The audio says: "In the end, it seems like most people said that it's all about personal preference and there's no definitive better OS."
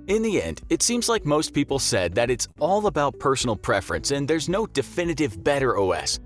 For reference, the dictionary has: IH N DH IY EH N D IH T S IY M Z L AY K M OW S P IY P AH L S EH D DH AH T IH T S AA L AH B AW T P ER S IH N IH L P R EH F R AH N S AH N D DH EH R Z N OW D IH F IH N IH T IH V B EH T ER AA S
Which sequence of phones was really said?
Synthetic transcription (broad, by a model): IH N DH IY EH N D IH T S IY M Z L AY K M OW S P IY P L S EH D DH AH T IH T S AA L AH B AW T P ER S N L P R EH F R AH N S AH N DH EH R Z N OW D IH F IH N IH T IH V B EH T ER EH S